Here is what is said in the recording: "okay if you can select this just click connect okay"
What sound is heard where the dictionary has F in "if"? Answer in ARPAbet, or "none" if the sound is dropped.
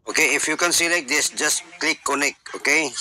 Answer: F